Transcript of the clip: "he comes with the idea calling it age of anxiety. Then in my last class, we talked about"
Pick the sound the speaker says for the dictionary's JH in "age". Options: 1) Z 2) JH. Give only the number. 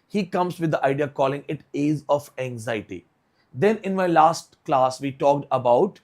1